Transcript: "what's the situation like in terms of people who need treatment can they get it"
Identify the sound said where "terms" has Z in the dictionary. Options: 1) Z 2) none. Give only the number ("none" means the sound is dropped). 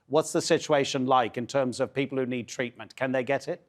1